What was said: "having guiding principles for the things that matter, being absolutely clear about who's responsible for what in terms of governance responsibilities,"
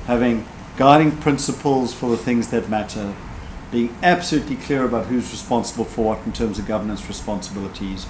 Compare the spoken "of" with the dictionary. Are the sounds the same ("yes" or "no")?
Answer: yes